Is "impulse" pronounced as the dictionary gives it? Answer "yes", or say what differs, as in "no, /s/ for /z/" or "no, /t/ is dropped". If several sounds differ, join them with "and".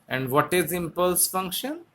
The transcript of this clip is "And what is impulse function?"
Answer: yes